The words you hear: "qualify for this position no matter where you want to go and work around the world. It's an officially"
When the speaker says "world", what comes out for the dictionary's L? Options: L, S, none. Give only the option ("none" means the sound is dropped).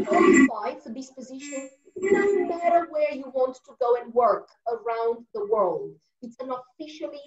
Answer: L